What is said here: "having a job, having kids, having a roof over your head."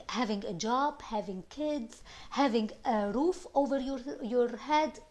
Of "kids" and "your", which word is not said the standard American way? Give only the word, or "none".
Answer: none